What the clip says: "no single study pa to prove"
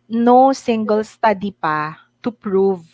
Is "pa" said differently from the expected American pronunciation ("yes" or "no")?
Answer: no